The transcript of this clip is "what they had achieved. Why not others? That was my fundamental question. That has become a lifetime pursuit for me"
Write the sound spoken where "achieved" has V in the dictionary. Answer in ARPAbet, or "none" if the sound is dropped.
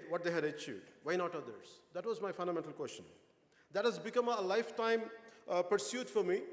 none